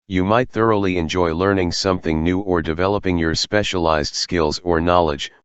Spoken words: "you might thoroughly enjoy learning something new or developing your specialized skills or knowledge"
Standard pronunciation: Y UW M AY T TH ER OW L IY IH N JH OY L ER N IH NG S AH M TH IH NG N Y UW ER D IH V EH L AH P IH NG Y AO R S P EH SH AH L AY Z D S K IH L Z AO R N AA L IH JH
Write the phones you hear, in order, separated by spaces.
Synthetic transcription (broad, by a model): Y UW M AY T TH ER OW L IY IH N JH OY L ER N IH NG S AH M TH IH NG N Y UW ER D IH V EH L AH P IH NG Y AO R S P EH SH AH L AY Z D S K IH L Z AO R N AA L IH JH